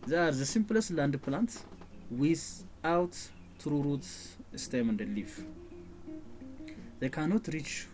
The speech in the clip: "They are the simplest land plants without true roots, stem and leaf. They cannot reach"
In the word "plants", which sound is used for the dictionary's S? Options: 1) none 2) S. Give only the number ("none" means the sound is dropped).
1